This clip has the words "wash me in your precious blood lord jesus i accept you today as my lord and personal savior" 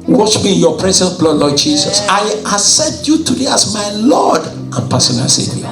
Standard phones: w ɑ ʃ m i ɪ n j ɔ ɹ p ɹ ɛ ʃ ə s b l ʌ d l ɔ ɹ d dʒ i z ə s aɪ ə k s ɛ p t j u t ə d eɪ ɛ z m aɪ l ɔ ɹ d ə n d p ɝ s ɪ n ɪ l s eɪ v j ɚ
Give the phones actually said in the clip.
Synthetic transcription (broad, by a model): w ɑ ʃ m i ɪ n j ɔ p ɹ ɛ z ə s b l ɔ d l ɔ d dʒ i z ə s aɪ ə s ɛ t j u t ə d eɪ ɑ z m aɪ l ɔ d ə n p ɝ s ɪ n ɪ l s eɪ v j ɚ